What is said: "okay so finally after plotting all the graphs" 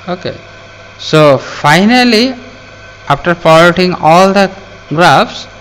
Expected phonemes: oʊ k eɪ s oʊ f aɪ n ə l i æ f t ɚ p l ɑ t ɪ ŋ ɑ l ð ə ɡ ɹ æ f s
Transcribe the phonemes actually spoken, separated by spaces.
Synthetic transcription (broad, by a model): oʊ k eɪ s oʊ f aɪ n ə l i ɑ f t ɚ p ɑ t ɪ ŋ ɑ l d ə ɡ ɹ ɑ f s